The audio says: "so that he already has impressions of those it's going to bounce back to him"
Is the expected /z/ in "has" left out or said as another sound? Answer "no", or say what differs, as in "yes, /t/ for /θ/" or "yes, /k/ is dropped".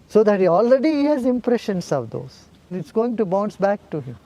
no